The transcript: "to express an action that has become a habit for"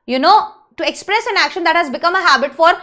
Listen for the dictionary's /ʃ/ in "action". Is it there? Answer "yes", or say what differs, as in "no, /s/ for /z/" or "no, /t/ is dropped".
yes